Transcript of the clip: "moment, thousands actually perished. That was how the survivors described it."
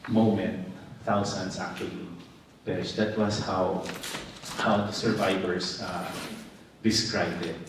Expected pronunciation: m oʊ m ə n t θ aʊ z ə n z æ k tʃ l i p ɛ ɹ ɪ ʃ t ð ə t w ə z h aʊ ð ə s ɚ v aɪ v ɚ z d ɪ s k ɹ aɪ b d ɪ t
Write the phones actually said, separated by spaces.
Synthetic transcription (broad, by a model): m oʊ m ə n t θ aʊ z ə n s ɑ k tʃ w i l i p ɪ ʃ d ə t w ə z h aʊ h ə s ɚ v aɪ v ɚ s d ɪ s k ɹ aɪ b d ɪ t